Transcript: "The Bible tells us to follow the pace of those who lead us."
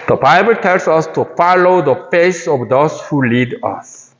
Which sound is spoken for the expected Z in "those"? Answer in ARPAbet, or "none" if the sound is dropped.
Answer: S